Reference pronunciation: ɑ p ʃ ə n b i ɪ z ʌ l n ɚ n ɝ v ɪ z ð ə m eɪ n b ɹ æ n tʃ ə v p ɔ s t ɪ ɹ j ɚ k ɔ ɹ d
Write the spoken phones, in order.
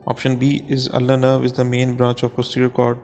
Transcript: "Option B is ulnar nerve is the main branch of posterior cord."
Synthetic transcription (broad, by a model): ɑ p ʃ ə n b i ɪ z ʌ l ɚ n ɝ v ɪ z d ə m eɪ n b ɹ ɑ n tʃ ə v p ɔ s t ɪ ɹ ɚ k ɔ ɹ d